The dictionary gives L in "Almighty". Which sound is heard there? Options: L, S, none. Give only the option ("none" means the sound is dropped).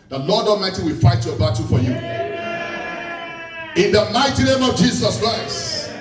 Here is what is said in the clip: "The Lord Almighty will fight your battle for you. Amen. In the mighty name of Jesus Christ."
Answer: none